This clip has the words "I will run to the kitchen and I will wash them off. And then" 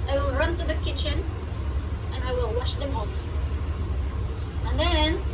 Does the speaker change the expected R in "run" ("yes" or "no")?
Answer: no